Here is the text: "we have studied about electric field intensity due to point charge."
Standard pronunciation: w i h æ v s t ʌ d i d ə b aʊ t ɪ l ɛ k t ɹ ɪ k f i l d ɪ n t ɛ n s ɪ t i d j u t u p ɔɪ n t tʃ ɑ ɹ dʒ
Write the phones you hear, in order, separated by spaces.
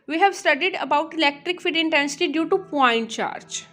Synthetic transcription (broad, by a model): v i h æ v s t ʌ d i d ə b aʊ t ɪ l ɛ k t ɹ ɪ k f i d ɪ n t ɛ n s ɪ t i d j u t u p ɔɪ n t tʃ ɑ ɹ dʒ